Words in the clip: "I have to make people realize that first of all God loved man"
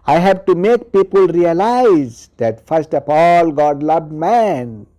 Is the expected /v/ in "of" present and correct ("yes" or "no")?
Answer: no